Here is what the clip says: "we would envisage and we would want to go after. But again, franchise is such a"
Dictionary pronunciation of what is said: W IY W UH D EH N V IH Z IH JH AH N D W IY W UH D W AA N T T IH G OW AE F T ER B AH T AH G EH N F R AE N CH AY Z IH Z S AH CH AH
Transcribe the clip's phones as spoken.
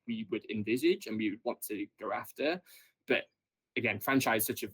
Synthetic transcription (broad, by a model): W IY W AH D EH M V IH Z IH JH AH N W IY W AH D W AA N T T IH G OW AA F T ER B AH T AH G EH N F R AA N CH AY IH Z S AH CH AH